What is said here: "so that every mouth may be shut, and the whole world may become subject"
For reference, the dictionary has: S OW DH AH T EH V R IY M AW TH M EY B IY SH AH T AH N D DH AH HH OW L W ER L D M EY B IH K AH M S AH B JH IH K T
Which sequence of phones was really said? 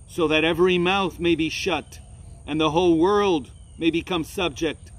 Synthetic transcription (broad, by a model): S OW DH AH T EH V R IY M AW TH M EY B IY SH AH T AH N DH AH HH OW L W ER L D M EY B IH K AH M S AH B JH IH K T